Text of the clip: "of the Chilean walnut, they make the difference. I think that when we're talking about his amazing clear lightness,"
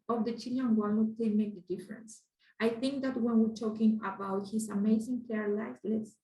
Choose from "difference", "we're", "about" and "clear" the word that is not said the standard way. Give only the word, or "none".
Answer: clear